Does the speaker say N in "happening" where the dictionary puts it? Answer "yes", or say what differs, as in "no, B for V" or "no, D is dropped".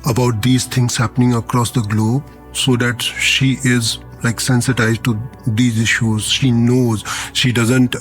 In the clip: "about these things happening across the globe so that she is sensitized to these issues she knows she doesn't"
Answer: yes